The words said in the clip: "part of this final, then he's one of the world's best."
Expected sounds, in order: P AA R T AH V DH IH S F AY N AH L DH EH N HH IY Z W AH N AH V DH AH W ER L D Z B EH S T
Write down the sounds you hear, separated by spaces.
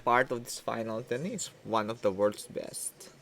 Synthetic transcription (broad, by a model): P AA R T AH V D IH S F AY N AH L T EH N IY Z W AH N AH V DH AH W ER D S B EH S T